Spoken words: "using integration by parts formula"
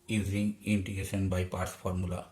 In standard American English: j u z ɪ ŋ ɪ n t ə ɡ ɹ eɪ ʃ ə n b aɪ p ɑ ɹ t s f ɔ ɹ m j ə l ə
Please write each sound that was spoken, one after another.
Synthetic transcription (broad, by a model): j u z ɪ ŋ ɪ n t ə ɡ eɪ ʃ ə n b aɪ p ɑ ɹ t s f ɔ ɹ m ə l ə